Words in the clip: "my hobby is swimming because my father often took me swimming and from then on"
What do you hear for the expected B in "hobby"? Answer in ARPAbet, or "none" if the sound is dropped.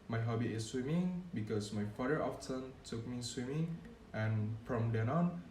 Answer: B